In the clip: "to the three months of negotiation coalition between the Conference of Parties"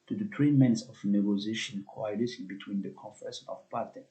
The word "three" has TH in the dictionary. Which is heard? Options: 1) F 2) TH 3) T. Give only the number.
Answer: 3